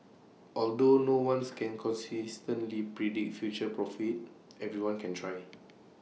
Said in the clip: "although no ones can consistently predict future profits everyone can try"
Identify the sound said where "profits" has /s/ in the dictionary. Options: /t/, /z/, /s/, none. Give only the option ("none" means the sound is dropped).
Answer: none